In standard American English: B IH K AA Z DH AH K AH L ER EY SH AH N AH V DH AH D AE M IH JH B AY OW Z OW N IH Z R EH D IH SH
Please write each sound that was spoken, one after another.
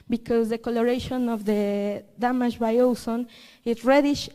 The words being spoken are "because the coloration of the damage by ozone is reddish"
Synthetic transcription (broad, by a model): B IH K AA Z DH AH K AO L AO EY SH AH N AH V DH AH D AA M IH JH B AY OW S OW N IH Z R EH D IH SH